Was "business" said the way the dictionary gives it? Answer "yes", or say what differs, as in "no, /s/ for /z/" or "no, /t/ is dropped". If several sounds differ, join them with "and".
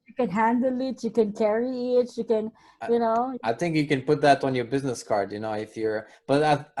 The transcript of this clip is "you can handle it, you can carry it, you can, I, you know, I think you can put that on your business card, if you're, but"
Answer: yes